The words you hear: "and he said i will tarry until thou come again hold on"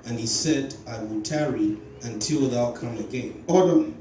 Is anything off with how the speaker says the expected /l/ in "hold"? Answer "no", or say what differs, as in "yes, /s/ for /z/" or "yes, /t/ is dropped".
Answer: yes, /l/ is dropped